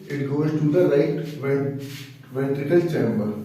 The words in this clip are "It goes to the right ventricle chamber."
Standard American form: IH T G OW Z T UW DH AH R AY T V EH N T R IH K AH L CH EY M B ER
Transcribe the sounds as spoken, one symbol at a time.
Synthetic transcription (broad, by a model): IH T G OW Z T UW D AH L AY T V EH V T IH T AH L CH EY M B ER